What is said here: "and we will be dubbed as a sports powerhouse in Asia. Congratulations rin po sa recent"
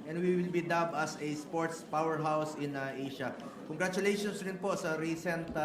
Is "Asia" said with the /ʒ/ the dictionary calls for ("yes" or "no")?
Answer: no